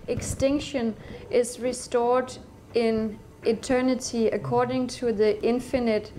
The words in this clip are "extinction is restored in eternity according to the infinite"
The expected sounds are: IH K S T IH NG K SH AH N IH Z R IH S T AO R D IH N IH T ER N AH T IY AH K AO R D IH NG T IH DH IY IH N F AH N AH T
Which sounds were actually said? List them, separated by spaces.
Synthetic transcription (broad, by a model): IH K S T IH NG K SH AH N IH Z R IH S T AO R D IH N IH T ER N AH T IY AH K AO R D IH NG T IH DH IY IH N F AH N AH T